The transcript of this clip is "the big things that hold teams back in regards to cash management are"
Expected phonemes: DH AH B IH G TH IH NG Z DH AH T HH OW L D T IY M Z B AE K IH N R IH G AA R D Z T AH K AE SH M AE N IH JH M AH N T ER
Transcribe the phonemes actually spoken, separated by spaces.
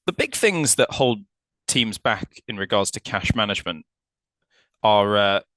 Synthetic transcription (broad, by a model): DH AH B IH G TH IH NG Z DH AH T HH OW L D T IY M Z B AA K IH N R IH G AA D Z T AH K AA SH M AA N IH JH M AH N T ER